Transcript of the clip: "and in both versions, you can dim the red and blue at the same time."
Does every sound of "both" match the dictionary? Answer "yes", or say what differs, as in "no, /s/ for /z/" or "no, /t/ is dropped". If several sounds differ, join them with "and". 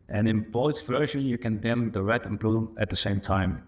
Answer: no, /s/ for /θ/